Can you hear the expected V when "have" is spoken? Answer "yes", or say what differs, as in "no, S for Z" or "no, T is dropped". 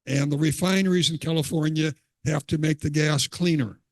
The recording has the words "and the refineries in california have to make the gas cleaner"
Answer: no, F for V